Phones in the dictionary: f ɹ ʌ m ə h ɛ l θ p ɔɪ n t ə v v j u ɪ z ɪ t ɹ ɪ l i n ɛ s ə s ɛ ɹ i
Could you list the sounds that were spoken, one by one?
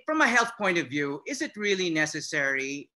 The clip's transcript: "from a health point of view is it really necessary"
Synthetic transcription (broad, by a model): f ɹ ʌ m ə h ɛ l θ p ɔɪ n t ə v v j u ɪ z ɪ t ɹ ɪ l i n ɛ s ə s ɛ ɹ i